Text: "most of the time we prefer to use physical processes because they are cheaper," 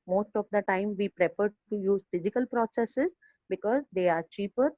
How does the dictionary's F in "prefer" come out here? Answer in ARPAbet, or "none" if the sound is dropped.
P